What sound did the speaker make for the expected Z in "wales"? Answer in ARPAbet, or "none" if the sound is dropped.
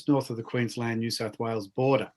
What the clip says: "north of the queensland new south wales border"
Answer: Z